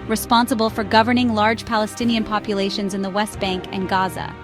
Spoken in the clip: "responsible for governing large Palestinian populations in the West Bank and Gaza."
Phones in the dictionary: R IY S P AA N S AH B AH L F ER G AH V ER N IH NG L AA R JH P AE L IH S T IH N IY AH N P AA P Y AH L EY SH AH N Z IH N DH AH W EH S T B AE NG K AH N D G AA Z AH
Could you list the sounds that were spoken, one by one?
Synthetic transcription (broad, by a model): R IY S P AA N S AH B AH L F ER G AH V ER N IH NG L AA R JH P AE L IH S T IH N IY AH N P AA P Y AH L EY SH AH N Z IH N DH AH W EH S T B AE NG K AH N G AA Z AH